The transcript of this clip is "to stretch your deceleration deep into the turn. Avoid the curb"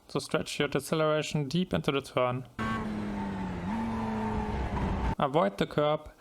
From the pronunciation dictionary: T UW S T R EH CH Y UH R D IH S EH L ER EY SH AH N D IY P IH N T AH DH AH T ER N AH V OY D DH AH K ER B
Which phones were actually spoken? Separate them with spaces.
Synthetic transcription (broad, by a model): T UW S T R EH CH Y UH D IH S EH L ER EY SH N D IY P IH N T AH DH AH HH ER N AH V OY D DH AH K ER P